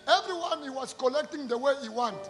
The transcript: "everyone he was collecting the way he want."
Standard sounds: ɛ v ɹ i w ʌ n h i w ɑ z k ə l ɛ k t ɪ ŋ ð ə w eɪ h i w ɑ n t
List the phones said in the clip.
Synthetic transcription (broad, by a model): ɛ v ɹ i w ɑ n h i w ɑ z k ə l ɛ k t ɪ ŋ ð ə w eɪ h i w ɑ n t